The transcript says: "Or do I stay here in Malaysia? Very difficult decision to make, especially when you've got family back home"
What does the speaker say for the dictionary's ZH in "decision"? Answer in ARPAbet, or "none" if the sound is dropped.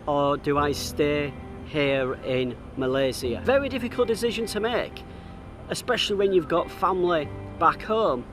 ZH